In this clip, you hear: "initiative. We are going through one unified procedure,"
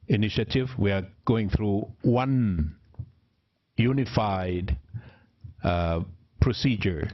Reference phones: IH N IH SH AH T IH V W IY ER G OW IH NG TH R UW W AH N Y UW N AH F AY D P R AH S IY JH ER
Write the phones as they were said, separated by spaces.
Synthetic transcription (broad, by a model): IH N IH SH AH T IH V W IY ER G OW IH NG TH R UW W AH N Y UW N AH F AY D P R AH S IY JH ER